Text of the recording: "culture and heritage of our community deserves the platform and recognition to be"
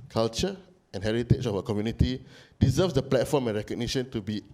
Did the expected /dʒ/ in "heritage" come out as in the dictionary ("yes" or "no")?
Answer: no